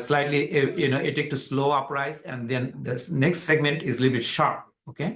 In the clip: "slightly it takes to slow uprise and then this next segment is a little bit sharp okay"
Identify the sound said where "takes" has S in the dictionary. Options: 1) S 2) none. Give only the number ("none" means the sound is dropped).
2